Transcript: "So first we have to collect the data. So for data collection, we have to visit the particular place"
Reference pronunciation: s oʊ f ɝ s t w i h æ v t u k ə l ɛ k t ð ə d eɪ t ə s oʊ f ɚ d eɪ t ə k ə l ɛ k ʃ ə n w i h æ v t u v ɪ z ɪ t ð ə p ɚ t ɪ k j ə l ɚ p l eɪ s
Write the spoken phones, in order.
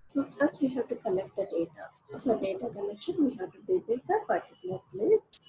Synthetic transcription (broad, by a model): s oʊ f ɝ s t w i h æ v t u k ə l ɛ k t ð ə d eɪ t ə s oʊ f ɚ d eɪ t ə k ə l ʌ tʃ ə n w i h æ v t u b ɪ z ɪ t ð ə b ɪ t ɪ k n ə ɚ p l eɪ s